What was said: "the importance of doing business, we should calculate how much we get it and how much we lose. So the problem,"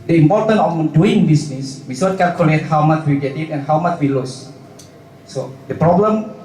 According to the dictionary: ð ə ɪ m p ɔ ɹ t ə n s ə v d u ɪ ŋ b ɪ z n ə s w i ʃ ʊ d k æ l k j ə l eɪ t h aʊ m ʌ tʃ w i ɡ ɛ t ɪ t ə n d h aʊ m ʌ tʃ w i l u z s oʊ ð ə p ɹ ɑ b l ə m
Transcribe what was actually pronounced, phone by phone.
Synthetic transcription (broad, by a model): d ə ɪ m p ɔ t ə n ə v d u ɪ ŋ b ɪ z n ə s w i s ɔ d k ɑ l k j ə l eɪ t h aʊ m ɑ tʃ w i ɡ ɛ t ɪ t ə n h aʊ m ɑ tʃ w i l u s s oʊ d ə p ɹ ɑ b l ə m